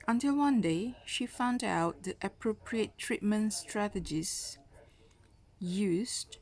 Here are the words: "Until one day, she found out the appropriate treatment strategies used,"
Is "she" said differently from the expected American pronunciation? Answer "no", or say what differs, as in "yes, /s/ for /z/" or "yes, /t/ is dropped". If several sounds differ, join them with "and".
no